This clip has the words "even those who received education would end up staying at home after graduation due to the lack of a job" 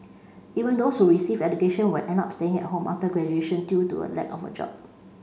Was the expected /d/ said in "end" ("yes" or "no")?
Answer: no